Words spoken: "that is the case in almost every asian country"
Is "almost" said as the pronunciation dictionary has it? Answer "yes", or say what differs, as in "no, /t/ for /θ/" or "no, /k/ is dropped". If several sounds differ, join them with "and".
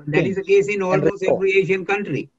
no, /t/ is dropped